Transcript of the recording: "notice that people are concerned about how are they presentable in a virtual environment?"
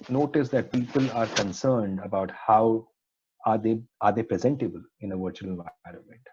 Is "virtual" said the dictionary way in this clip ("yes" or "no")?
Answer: yes